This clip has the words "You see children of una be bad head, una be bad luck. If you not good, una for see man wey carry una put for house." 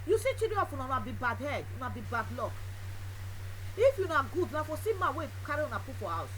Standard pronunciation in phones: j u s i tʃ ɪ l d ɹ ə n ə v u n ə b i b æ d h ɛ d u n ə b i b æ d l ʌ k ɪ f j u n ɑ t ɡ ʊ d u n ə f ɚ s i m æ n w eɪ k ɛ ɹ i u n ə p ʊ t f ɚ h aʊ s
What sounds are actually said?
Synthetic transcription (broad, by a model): j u s i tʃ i d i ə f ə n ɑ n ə b i b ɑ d h ɛ d u n ə b i b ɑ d l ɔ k ɪ f j u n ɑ ɡ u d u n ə f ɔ s i m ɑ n w eɪ k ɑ ɹ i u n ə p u f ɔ h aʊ s